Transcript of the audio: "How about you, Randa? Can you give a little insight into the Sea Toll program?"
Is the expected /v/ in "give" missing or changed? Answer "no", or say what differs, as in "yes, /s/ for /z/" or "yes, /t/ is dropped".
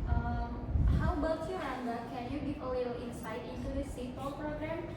yes, /p/ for /v/